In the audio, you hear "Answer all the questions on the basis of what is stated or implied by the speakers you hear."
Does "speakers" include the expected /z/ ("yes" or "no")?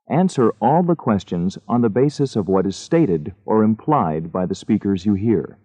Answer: yes